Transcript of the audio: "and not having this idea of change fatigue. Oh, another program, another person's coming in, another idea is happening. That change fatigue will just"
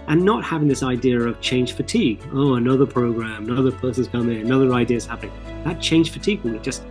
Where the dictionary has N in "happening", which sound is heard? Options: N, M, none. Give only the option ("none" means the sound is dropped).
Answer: none